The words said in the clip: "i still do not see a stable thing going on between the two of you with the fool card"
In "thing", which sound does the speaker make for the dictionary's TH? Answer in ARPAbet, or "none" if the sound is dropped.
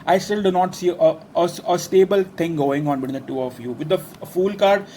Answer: T